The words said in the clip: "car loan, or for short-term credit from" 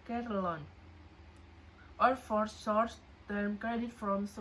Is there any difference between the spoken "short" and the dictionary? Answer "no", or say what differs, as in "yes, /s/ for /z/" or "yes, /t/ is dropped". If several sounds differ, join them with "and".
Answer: yes, /s/ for /ʃ/